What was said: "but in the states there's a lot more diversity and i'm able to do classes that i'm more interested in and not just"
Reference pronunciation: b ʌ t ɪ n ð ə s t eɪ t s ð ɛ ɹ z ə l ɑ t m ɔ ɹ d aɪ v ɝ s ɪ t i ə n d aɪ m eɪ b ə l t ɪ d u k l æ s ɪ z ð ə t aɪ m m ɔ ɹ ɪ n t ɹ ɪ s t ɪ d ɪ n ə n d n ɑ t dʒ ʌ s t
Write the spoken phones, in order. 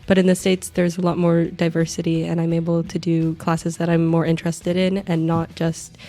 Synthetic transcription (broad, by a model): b ʌ t ɪ n ð ə s t eɪ t s ð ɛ ɹ z ə l ɑ t m ɔ ɹ d aɪ v ɝ s ɪ t i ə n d aɪ m eɪ b l t ɪ d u k l æ s ɪ z ð ə t aɪ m m ɔ ɹ ɪ n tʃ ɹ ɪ s t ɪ d ɪ n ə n n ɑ t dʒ ʌ s t